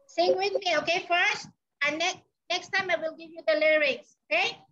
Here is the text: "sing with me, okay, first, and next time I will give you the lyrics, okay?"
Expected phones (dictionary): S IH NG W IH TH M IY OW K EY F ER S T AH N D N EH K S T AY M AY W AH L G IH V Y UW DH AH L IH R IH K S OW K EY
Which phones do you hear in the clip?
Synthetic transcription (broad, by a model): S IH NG W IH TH M IY OW K EY F ER S T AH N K N EH K S T AY M AY W AH L G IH V Y UW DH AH L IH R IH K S OW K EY